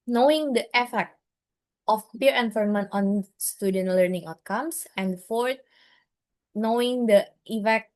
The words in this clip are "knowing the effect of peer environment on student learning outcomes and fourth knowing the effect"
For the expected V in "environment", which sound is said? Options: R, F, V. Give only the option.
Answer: F